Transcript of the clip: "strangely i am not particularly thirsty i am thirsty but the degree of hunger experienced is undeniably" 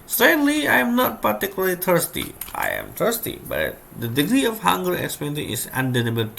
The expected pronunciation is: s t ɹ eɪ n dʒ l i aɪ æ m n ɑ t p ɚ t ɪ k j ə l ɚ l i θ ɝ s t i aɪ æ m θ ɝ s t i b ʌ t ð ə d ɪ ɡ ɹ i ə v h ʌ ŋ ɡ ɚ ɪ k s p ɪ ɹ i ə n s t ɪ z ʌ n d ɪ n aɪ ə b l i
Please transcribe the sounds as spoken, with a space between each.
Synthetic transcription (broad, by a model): s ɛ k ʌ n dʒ l i aɪ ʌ m n ɑ t p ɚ t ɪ k j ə l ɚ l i t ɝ s t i aɪ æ m t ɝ s t i b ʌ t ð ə d ɪ ɡ ɹ i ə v h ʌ ŋ ɡ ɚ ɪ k s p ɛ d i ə s ɪ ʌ n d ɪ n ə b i